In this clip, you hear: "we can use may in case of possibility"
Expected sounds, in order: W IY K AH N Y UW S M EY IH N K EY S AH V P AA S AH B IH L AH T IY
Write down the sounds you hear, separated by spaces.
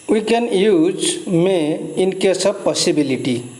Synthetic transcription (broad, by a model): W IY K AH N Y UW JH M EY IH N K EY S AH B P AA S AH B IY L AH T IY